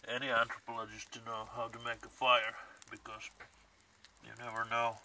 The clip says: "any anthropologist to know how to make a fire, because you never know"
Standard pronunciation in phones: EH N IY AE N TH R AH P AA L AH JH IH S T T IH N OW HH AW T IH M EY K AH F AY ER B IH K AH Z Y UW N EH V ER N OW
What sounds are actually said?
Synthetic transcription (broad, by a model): EH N IY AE N T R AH P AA L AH JH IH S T T IH N OW HH AW T IH M EY K AH F AY ER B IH K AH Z Y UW N EH V ER N OW